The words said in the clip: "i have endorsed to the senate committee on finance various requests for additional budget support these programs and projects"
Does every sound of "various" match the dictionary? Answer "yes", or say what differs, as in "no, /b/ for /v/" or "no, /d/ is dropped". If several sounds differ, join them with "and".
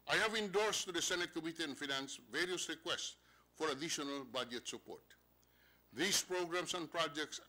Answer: yes